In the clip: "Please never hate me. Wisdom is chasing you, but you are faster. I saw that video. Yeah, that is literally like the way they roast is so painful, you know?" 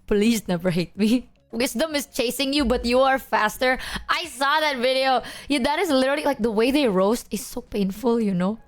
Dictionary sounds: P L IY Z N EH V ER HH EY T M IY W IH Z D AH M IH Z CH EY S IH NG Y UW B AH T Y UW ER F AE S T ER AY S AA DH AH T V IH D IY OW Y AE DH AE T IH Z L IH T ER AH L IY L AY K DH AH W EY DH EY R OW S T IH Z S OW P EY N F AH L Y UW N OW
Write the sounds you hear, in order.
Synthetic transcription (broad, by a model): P L IY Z N EH V ER HH EY T M IY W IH S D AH M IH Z CH EY S IH NG Y UW B AH T Y UW ER F AE S T ER AY S AA DH AH T V IH D IY OW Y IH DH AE T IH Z L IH T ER L IY L AY K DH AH W EY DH EY R OW S T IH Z S OW P EY N F AH L Y UW N OW